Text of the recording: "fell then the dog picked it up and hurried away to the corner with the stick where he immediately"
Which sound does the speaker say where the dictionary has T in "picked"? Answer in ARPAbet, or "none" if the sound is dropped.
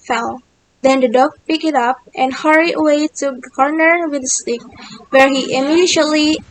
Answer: none